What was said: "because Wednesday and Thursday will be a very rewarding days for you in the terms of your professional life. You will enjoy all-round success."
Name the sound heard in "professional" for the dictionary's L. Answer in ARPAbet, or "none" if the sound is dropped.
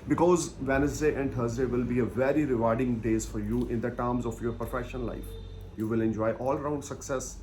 N